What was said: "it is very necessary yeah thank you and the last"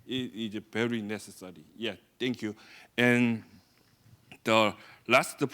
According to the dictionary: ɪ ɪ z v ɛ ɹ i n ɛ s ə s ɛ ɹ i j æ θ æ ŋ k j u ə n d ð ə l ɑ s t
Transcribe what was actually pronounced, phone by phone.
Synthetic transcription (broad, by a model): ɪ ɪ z v ɛ ɹ i n ɛ s ə s ɛ ɹ i j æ t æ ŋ k j u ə n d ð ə l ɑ s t